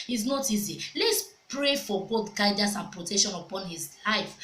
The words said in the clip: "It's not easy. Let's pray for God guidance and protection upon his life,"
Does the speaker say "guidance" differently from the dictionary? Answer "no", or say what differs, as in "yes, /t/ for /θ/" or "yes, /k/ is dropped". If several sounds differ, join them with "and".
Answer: yes, /n/ is dropped